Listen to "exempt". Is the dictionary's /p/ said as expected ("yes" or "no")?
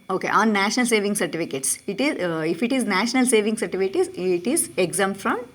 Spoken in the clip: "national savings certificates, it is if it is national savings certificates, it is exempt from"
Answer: no